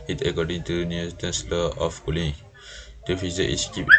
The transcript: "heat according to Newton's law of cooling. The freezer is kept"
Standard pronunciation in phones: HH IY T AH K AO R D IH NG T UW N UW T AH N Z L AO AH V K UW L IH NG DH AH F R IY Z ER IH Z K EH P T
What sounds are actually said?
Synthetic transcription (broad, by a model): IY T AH K AO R D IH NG T UW N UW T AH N S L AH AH F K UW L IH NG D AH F IY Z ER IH S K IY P